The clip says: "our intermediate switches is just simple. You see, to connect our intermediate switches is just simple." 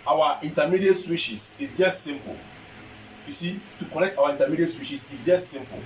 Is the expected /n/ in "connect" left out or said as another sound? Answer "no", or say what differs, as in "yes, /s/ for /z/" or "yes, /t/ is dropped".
yes, /l/ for /n/